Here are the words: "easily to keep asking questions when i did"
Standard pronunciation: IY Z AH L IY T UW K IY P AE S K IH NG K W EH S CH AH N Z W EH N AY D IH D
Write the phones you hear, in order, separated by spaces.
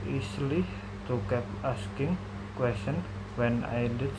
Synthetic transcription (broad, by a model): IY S L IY T UW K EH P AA S K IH NG K W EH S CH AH N W EH N AY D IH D